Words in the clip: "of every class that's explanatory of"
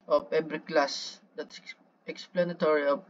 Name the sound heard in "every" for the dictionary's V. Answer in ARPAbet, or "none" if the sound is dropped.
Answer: B